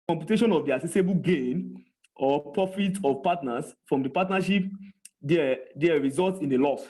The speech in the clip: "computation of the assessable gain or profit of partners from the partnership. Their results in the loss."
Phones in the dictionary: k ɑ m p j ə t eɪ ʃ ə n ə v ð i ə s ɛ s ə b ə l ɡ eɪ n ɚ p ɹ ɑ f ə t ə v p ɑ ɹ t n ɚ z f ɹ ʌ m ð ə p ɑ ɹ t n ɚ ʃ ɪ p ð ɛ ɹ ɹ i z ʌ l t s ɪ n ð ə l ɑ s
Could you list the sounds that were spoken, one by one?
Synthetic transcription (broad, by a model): k ɑ m p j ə t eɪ ʃ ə n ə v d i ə s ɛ s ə b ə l ɡ eɪ n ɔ p ɹ ɑ f ə t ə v p ɑ t n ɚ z f ɹ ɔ m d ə p ɑ t n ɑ ʃ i p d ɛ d ɹ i z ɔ l t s ɪ n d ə l ɑ s